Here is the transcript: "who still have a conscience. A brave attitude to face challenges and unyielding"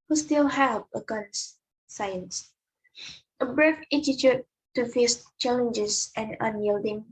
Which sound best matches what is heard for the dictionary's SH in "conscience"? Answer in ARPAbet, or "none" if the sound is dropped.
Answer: S